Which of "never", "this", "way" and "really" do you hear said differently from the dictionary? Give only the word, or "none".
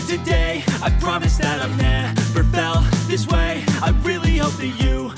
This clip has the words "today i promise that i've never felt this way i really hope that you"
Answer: never